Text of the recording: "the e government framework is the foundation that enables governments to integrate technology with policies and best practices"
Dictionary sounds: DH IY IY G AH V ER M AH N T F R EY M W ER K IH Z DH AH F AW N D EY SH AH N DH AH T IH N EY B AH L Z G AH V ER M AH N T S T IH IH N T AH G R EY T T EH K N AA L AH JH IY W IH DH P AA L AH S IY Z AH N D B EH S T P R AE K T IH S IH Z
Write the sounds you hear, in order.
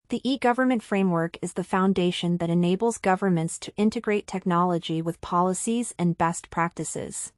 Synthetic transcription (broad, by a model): DH IY IY G AH V ER M AH N T F R EY M W ER K IH Z DH AH F AW N D EY SH AH N DH AH T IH N EY B L Z G AH V ER M AH N T S T IH IH N T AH G R EY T T EH K N AA L AH JH IY W IH DH P AA L AH S IY Z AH N B EH S T P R AE K T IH S IH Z